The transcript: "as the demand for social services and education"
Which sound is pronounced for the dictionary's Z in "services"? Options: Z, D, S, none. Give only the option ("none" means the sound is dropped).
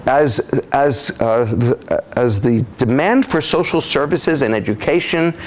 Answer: Z